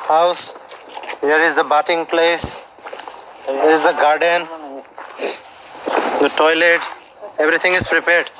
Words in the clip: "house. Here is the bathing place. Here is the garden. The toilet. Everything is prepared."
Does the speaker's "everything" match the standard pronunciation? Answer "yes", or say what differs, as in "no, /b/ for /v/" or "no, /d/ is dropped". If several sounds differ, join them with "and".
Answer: no, /t/ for /θ/